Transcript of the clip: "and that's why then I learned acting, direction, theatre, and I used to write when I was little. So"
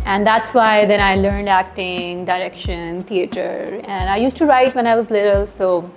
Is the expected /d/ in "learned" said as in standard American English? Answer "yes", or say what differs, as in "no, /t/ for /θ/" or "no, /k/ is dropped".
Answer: yes